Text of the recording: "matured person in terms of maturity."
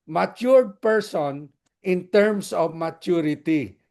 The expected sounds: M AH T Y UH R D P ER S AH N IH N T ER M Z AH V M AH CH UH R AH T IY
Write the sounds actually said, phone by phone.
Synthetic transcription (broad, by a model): M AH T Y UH R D P ER S AH N IH N T ER M S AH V M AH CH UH R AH T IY